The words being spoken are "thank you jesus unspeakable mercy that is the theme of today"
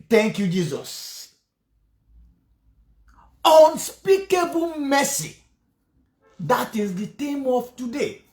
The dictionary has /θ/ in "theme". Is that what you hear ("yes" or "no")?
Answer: no